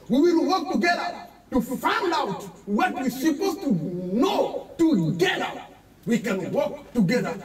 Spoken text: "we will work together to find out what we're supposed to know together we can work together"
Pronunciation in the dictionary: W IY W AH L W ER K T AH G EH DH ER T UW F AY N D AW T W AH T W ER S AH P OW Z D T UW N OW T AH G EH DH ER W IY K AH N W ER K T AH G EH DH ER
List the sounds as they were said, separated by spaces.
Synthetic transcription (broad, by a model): W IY W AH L W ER K T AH G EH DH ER T UW F AY N D AW T W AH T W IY S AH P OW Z T UW N OW T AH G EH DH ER W IY K AH N W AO K T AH G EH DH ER